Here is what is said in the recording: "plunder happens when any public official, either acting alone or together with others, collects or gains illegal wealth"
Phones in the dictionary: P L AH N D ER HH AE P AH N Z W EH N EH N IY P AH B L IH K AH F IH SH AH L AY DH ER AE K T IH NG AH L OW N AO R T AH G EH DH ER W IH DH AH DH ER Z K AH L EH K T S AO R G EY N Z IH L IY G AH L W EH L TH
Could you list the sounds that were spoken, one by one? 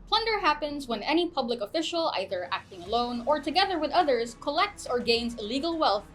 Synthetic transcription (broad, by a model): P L AH N D ER HH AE P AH N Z W EH N EH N IY P AH B L IH K AH F IH SH AH L AY DH ER AE K T IH NG AH L OW N AO R T AH G EH DH ER W IH DH AH DH ER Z K AH L EH K T S AO R G EY N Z IH L IY G AH L W EH L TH